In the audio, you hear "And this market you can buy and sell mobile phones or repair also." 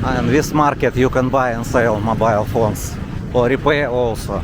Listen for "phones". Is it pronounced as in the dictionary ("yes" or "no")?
no